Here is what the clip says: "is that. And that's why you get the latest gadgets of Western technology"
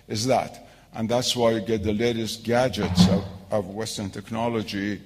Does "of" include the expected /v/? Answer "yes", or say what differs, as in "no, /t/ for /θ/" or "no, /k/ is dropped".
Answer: yes